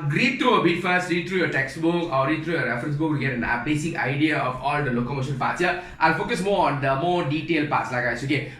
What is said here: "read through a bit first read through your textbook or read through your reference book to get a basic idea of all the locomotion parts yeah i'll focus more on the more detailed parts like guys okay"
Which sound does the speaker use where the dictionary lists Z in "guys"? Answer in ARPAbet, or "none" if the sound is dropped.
S